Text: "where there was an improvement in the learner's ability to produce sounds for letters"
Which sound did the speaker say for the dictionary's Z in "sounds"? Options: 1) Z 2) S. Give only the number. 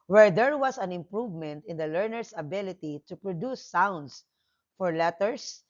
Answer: 2